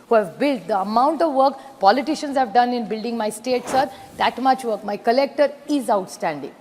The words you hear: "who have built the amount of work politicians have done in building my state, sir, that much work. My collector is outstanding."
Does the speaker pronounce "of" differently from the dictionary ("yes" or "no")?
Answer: no